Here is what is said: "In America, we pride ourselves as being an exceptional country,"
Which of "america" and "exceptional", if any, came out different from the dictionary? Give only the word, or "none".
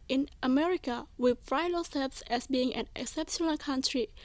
none